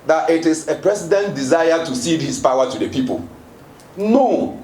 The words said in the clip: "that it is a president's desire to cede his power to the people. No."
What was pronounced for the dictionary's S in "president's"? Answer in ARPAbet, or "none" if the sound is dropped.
none